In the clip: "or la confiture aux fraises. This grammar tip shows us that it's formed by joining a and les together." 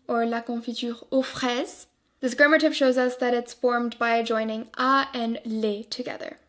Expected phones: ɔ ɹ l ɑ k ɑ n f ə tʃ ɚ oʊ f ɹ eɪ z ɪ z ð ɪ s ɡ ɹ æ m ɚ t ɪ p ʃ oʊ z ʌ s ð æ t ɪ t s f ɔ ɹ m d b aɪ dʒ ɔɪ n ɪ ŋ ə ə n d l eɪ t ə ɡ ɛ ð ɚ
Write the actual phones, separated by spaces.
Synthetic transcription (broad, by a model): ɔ ɹ l ɑ k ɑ f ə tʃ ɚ oʊ f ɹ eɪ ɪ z ð ɪ s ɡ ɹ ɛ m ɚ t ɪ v ʃ oʊ z ʌ s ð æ t ɪ t s f ɔ ɹ m d b aɪ dʒ ɔɪ n ɪ ŋ ə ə n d l eɪ t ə ɡ ɛ ð ɚ